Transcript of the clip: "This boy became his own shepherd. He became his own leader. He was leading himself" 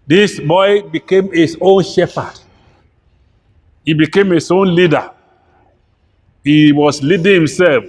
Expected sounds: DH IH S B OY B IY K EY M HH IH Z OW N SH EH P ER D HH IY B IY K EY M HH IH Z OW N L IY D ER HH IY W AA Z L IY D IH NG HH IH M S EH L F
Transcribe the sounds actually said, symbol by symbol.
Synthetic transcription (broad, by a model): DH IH S B OY B IY K EY M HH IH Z OW N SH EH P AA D HH IY B IY K EY M HH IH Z OW N L IY D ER HH IY W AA S L IY D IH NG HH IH M S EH L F